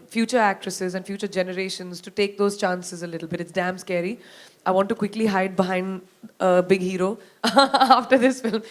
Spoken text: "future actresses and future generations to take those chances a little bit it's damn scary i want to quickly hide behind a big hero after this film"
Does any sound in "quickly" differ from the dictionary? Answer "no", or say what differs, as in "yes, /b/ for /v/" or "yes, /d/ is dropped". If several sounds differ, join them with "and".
no